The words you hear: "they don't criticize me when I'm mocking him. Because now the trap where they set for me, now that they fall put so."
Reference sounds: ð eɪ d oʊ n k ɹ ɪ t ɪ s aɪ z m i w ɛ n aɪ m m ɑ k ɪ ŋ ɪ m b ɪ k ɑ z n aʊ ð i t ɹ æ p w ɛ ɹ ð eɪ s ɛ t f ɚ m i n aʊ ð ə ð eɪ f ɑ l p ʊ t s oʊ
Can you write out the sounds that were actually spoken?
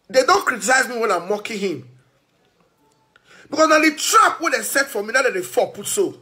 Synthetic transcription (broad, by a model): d eɪ d oʊ n k ɹ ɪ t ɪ s aɪ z m i w ɛ n aɪ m m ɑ k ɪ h ɪ m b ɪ k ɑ s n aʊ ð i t ɹ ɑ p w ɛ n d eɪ s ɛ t f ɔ m i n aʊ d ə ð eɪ f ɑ p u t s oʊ